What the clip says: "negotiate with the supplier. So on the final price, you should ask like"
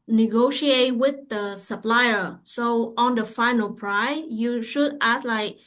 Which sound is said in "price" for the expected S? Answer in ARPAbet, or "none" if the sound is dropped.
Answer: none